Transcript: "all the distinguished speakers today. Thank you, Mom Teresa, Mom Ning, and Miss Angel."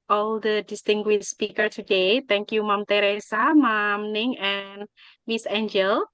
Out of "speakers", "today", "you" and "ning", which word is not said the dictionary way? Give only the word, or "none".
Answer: speakers